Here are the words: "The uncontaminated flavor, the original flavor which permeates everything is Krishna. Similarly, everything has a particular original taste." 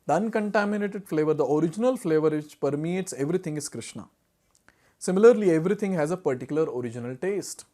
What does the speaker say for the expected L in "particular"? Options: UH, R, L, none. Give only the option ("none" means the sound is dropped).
L